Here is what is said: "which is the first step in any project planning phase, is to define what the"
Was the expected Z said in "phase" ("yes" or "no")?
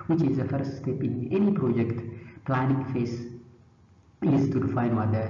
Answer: no